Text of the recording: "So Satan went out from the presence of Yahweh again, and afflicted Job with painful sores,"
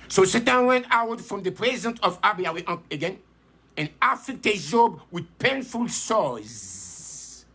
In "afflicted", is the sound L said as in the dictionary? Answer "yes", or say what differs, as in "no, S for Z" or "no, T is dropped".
no, L is dropped